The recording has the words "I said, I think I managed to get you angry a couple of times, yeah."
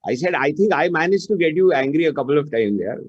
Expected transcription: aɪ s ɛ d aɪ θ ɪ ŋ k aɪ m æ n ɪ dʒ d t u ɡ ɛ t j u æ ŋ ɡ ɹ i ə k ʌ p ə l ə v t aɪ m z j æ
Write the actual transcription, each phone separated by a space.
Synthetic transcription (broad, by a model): aɪ s ɛ d aɪ t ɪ ŋ k aɪ m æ n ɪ dʒ t u ɡ ɛ t j u æ ŋ ɡ ɹ i ə k ʌ p ə l ə v t aɪ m j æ